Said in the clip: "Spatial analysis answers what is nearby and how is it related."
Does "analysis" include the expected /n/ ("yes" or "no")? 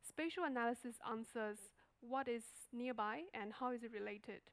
yes